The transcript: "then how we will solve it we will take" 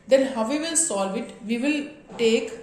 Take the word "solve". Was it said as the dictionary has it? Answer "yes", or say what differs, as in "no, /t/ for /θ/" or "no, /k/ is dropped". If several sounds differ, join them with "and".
yes